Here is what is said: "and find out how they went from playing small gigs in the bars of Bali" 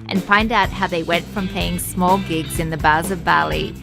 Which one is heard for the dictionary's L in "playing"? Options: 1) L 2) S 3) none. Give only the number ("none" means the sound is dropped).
3